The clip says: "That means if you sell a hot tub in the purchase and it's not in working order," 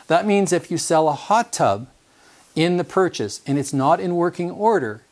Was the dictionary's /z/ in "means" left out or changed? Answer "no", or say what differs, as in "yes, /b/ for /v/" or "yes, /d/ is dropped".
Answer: no